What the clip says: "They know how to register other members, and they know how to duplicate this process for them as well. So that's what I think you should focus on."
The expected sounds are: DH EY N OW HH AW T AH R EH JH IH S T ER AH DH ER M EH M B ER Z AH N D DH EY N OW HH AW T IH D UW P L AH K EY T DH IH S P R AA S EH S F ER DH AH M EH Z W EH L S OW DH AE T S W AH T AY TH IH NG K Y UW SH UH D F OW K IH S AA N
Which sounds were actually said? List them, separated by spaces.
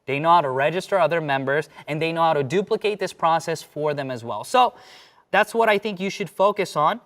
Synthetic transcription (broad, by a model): DH EY N OW HH AW T AH R EH JH IH S T ER AH DH ER M EH M B ER Z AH N DH EY N OW HH AW T IH D UW P L AH K EY T DH IH S P R AA S EH S F ER DH AH M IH Z W EH L S OW DH AE T S W AH T AY TH IH NG K Y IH SH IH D F OW K IH S N